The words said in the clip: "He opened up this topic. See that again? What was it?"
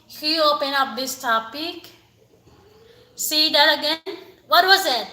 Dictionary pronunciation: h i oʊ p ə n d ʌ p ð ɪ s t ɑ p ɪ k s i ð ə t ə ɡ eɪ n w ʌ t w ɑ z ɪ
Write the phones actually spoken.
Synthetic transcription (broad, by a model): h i oʊ p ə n ʌ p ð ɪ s t ɑ p ɪ k s i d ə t ə ɡ eɪ n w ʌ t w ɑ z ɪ